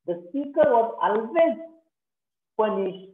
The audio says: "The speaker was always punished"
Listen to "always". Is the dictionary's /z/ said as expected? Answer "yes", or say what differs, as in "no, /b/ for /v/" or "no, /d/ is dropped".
no, /z/ is dropped